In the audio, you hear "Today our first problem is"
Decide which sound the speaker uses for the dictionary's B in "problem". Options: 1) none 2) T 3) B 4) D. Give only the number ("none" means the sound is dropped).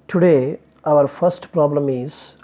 3